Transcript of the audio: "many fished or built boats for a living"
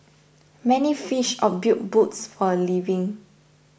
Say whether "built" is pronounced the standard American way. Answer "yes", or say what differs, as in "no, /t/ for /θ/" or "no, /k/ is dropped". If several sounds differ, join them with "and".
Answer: no, /l/ is dropped